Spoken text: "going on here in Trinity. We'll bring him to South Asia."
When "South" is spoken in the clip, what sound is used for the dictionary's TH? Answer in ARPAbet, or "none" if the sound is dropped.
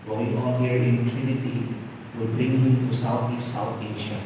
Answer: T